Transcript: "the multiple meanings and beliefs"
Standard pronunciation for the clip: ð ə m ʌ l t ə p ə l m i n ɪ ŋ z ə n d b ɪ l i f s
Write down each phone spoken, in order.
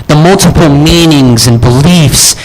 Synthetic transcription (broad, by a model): ð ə m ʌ l t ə p l m i n ɪ ŋ z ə n b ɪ l i f s